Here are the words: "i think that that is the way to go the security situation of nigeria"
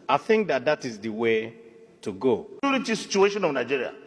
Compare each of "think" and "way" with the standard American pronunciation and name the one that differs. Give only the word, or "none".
none